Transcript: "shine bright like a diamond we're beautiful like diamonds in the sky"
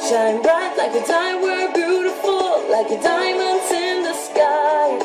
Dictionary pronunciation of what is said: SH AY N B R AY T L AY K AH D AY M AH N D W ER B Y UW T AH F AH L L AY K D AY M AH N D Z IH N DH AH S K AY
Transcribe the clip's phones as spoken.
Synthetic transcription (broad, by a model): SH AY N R AY T L AY K AH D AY AH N W ER B Y UW T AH F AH L L AY K D AY M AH N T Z IH N DH AH S K AY